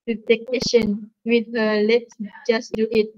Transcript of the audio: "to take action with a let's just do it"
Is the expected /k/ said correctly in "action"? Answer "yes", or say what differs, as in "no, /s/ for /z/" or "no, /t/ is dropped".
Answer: no, /k/ is dropped